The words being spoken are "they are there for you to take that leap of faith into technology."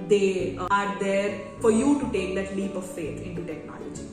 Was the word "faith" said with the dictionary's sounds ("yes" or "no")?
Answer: no